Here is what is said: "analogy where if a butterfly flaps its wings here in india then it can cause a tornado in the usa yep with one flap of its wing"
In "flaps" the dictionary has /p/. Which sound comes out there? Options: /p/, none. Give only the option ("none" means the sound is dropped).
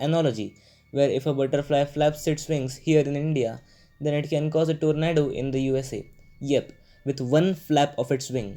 /p/